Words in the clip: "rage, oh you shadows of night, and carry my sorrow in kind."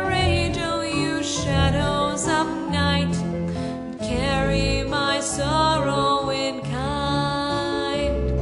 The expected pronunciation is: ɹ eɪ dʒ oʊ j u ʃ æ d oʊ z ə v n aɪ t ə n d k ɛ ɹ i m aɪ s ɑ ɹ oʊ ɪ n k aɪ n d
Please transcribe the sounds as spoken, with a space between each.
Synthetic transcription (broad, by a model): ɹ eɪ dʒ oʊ j u ʃ æ d oʊ z ə p n aɪ t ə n k ɛ ɹ i m aɪ s ɑ ɹ oʊ ɪ n k aɪ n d